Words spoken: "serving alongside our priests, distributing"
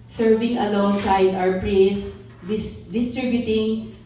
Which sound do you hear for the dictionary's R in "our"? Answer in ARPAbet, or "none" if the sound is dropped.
W